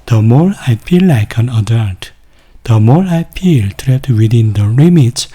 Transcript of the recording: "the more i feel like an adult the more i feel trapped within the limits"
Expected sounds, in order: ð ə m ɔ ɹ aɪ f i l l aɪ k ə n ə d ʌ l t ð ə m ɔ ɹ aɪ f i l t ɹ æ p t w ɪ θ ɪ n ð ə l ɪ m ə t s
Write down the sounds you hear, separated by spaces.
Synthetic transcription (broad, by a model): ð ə m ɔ l aɪ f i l l aɪ k ə n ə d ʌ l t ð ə m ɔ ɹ aɪ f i l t ɹ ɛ t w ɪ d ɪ n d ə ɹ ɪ m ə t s